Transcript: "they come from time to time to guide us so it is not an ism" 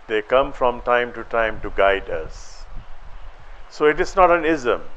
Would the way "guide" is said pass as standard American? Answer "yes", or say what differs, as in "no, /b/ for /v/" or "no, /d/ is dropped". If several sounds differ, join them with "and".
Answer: yes